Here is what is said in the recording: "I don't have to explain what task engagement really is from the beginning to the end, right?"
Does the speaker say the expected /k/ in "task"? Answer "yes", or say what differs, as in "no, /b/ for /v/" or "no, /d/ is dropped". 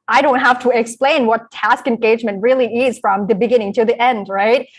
yes